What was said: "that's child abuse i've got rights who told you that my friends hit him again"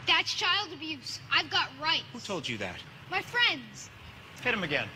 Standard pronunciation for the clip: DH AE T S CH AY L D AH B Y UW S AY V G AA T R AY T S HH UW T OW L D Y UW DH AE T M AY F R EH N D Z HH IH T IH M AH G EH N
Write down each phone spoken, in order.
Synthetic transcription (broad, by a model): DH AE T S CH AY L D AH B Y UW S AY V G AA T R AY T HH UW T OW L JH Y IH DH AE T M AY F R EH N D Z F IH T IH M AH G EH N